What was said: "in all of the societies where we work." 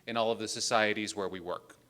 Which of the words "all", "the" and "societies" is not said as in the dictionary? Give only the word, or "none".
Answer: none